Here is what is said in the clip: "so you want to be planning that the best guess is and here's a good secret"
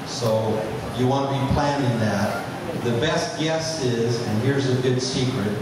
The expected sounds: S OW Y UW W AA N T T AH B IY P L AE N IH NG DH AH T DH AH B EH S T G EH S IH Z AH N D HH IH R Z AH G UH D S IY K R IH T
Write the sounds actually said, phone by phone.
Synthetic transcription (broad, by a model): S OW Y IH W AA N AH B IY P L AE N IH NG DH AH T DH AH B EH S T G EH S IH Z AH N HH IH R Z AH G UH D S IY K R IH T